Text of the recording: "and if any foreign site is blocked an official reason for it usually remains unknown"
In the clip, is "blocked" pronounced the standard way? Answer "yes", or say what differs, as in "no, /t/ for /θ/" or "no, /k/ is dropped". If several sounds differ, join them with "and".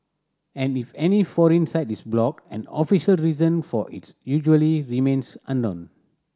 no, /t/ is dropped